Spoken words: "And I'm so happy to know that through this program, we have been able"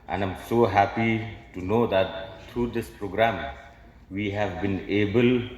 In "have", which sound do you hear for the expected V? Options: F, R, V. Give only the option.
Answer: V